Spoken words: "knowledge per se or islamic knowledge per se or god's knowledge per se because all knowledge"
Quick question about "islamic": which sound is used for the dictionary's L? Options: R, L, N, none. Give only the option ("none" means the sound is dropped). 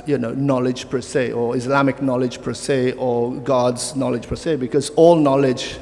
L